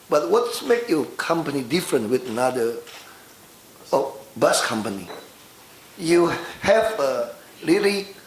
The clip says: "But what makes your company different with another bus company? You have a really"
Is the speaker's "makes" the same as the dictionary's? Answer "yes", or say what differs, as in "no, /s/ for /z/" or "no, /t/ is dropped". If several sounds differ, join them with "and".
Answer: no, /s/ is dropped